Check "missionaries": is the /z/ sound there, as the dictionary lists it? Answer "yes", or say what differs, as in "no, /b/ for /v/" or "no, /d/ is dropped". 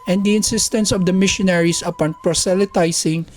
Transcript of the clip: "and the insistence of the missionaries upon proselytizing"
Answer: no, /s/ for /z/